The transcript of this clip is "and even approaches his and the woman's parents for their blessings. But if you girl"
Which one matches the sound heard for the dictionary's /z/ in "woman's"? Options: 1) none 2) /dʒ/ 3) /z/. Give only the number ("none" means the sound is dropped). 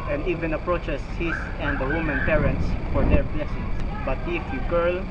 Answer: 1